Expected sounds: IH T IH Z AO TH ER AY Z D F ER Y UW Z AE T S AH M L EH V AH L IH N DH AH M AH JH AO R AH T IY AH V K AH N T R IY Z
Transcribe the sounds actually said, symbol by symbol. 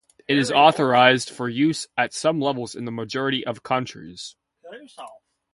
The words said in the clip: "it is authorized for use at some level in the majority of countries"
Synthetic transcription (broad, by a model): IH T IH Z AO TH ER AY Z D F ER Y UW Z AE T S AH M L EH V L IH N DH AH M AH JH AO R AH T IY AH V K AH N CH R IY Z